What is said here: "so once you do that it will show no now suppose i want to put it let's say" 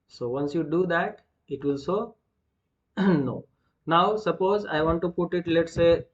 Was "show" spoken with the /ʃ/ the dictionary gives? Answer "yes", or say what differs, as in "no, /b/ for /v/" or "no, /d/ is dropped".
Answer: no, /s/ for /ʃ/